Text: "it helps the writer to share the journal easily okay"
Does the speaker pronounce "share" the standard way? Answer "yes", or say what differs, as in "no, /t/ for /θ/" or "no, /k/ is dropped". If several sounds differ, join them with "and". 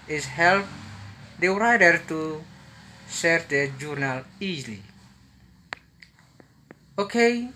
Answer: no, /s/ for /ʃ/